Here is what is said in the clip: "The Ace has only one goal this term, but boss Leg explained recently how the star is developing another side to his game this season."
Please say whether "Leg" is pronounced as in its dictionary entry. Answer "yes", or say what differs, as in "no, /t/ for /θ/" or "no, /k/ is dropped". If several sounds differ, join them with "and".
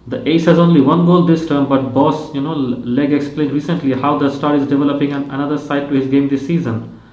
yes